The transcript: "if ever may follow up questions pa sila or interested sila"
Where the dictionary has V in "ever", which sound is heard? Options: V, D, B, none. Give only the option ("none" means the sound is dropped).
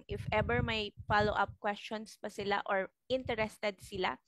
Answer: B